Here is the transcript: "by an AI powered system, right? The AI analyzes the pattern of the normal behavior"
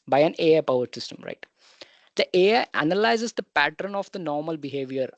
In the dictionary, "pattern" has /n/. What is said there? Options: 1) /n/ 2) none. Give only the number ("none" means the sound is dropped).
1